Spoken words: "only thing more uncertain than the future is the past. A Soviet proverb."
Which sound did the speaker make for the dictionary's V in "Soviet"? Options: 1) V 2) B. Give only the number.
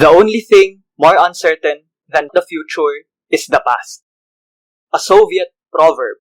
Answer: 1